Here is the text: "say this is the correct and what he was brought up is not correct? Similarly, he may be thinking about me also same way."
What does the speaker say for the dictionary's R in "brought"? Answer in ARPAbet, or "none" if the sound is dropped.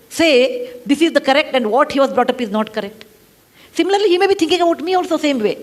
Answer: R